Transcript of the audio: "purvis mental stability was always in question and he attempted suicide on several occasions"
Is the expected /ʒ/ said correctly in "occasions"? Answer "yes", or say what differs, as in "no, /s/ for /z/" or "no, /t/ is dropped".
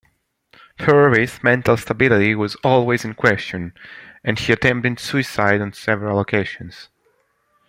no, /ʃ/ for /ʒ/